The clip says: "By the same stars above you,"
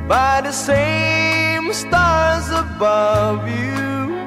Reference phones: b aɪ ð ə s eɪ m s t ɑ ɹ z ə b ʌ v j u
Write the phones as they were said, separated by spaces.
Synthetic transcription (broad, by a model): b aɪ ð ə s eɪ m s t ɑ ɹ z ə b ʌ v j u